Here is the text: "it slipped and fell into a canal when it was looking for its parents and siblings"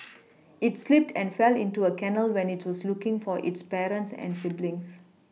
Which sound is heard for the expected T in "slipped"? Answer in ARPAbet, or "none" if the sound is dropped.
T